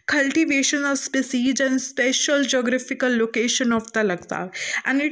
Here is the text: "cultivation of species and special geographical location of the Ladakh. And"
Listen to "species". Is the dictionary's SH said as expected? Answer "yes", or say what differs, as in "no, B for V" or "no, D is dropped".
no, S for SH